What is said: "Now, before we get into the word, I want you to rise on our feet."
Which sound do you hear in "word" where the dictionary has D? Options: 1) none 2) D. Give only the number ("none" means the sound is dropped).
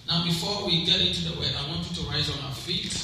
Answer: 1